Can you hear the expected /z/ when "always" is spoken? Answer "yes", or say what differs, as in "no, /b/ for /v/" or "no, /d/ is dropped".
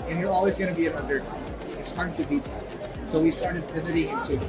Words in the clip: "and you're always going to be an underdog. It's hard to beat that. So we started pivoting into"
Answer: yes